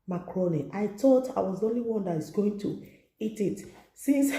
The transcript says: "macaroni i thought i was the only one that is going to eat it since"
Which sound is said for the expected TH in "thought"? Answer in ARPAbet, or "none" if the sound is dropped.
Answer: T